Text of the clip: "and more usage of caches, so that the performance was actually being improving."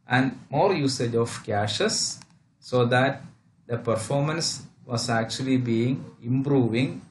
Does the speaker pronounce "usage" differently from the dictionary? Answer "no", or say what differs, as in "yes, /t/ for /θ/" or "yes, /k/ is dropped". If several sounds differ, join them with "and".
no